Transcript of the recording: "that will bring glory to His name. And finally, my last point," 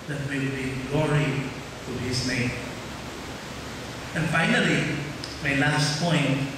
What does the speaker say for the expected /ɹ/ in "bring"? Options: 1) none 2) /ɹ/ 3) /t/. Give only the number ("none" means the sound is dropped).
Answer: 1